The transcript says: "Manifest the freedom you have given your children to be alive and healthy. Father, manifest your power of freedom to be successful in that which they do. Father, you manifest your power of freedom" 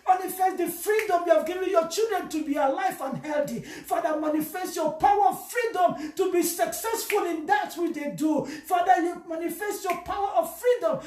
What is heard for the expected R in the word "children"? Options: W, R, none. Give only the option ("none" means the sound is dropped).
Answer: R